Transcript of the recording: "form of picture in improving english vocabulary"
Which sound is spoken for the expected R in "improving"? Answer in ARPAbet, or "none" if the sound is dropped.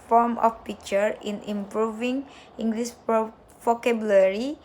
R